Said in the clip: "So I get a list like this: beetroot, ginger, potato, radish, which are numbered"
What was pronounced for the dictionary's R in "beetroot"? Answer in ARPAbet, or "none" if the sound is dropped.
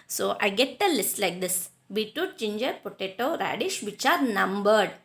none